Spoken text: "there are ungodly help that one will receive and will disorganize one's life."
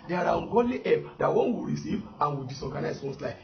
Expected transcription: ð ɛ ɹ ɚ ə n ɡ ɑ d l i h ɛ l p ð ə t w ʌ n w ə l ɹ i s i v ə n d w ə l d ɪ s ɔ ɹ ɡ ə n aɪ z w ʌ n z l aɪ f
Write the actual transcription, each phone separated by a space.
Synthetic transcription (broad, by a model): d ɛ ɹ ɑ ə n ɡ ɑ d l i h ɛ p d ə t w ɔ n w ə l ɹ i s i v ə n w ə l d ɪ s ɔ ɡ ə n aɪ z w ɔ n s l aɪ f